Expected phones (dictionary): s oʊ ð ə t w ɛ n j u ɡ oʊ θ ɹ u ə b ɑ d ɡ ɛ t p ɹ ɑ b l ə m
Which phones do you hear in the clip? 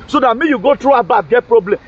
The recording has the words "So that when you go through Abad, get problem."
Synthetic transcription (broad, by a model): s oʊ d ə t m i j u ɡ oʊ t ɹ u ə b ɑ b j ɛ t p ɹ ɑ b l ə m